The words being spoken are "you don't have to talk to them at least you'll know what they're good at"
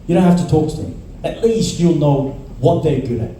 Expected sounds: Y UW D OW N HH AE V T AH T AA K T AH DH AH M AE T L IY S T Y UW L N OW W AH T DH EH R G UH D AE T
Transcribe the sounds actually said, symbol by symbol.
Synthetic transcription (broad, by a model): Y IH D OW N HH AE F T AH T AA K T AH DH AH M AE T L IY S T Y UW L N OW W AH T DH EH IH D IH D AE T